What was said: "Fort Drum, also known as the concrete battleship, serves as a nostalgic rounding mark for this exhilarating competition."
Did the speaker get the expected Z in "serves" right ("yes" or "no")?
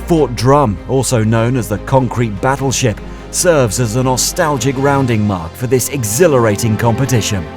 yes